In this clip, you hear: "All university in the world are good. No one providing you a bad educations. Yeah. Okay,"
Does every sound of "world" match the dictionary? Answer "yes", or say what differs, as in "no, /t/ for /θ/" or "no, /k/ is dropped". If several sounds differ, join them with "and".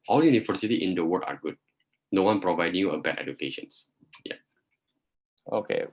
no, /l/ is dropped